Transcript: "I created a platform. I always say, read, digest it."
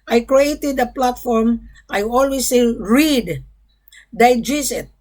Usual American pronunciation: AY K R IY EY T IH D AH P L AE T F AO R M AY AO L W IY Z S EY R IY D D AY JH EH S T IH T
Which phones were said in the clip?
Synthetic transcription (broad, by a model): AY K R IY EY T IH D AH P L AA T F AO R M AY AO L W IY S EY R IY D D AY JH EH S IH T